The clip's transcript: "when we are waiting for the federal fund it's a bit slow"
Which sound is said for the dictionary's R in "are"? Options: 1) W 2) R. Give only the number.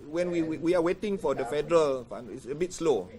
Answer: 1